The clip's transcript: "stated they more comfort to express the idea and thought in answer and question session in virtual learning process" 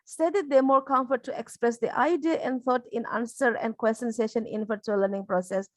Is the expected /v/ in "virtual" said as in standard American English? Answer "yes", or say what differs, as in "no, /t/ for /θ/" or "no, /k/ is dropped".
no, /f/ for /v/